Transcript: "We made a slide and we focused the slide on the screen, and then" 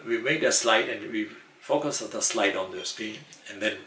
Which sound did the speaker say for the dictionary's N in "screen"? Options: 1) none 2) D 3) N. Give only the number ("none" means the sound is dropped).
1